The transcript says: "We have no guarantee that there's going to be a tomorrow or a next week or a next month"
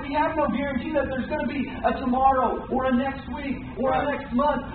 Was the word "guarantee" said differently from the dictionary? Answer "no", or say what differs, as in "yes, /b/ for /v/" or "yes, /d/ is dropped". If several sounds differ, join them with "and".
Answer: no